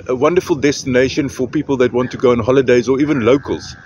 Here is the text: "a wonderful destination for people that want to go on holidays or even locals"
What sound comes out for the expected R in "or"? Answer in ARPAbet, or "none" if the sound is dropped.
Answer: R